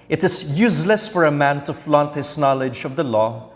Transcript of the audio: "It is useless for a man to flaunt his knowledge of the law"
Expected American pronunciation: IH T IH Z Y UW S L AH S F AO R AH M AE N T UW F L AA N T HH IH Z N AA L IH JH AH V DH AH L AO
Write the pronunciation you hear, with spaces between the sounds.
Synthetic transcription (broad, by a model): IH T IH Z Y UW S L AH S F AO R AH M AE N T UW F L AA N T HH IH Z N AA L IH JH AH V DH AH L AO